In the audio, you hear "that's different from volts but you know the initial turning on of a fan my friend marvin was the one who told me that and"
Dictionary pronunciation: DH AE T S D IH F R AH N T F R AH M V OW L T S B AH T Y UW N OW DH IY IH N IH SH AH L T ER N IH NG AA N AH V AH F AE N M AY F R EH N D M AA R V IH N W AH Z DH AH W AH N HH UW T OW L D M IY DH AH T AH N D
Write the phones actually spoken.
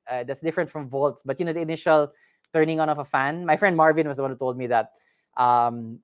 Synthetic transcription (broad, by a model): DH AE T S D IH F R AH N T F R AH M V OW L T S B AH T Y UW N OW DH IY IH N IH SH AH L T ER N IH NG AA N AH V AH F AE N M AY F R EH N D M AA R V IH N W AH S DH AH W AH N HH UW T OW L D M IY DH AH T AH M